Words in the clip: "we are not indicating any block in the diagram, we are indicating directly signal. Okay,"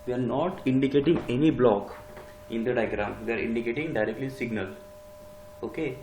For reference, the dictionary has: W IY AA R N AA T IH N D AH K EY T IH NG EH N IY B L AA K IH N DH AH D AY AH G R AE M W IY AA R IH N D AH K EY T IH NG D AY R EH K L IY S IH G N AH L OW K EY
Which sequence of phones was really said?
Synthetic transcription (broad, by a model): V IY AA R N AA T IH N D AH K EY T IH NG EH N IY B L AA K IH N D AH D AY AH G R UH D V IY AA R IH N D AH K EY T IH NG D AY R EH K L IY S IH G N AH L OW K EY